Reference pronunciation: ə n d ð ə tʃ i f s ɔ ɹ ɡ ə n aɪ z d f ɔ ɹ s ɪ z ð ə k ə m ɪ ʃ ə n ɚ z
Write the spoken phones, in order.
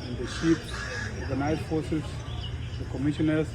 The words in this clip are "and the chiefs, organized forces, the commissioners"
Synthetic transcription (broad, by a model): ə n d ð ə ʃ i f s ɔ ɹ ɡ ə n aɪ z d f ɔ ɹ s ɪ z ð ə k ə m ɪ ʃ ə n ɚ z